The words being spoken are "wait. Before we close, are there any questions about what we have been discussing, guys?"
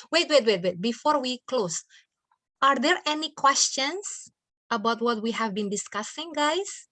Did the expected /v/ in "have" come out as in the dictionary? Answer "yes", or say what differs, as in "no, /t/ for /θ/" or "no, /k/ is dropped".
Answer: yes